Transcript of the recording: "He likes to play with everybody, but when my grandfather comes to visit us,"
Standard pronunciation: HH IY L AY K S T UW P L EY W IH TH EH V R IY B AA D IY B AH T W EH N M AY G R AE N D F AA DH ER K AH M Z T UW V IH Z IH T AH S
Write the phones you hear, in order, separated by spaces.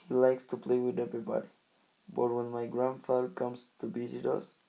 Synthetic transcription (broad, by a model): HH IY L AY K S T UW P L EY W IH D EH V R IY B AA D IY B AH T W EH N M AY G R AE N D F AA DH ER K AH M S T UW B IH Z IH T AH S